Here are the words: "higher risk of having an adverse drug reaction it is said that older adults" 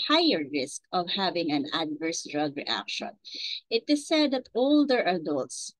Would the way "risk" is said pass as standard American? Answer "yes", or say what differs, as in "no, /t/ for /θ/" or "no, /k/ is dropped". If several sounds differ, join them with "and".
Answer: yes